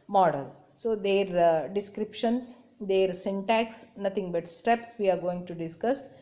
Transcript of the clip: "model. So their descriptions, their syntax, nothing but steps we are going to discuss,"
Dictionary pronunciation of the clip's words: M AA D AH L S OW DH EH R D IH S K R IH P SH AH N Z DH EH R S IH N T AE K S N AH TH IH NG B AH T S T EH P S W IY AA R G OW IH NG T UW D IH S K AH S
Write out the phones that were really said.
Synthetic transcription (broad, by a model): M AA D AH L S OW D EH R D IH S K R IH P SH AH N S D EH R S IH N T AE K S N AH T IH NG B AH T S T EH P S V IY AA R G OW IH NG T UW D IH S K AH S